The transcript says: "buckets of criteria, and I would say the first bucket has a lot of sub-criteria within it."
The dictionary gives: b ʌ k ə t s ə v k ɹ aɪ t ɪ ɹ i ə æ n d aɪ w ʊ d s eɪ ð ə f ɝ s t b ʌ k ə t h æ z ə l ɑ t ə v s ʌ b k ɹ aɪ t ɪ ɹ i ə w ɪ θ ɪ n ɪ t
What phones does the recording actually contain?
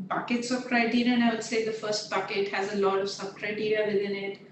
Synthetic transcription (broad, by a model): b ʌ k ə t s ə b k ɹ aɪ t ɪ ɹ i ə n aɪ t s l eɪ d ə f ɝ s t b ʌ k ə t h æ z ə l ɑ t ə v s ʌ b k ɹ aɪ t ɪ ɹ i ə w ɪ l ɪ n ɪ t